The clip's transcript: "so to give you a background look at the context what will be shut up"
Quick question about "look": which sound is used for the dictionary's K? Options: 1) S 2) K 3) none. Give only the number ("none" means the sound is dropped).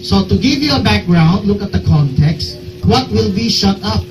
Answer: 2